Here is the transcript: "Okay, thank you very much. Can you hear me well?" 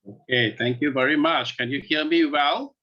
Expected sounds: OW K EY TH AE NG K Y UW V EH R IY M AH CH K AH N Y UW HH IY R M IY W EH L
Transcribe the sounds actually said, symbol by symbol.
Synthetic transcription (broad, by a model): OW K EY TH AE NG K Y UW V EH R IY M AH CH K AH N Y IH HH IY L M IY W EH L